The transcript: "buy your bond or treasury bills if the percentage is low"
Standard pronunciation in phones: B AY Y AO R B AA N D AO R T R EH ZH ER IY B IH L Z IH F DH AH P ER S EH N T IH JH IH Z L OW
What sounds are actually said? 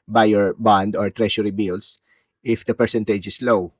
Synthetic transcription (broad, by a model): B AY Y AO R B AA N D AO R T R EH SH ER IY B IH L S IH F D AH P ER S EH N T IH JH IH S L OW